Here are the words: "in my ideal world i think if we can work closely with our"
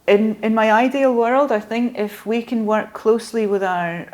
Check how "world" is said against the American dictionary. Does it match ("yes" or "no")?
yes